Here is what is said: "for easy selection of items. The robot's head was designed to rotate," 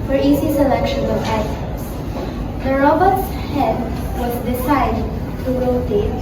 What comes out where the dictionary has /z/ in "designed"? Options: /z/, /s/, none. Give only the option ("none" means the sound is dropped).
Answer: /s/